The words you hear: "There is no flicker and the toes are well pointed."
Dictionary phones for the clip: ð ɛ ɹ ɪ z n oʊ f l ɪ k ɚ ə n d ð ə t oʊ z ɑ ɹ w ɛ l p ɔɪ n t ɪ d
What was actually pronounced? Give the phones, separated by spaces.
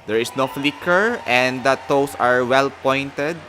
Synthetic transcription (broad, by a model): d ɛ ɹ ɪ s n oʊ f l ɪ k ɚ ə n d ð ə t oʊ s ɑ ɹ w ɛ l p ɔɪ n t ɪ d